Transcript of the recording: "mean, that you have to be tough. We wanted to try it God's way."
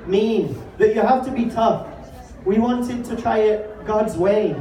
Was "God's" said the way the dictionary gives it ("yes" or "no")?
yes